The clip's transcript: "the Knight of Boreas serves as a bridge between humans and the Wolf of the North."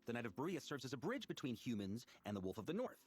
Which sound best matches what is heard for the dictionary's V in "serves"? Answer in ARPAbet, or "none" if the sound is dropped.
V